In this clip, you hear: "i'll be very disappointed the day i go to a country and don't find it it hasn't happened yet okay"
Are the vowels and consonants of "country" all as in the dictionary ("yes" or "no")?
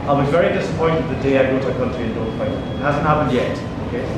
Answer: no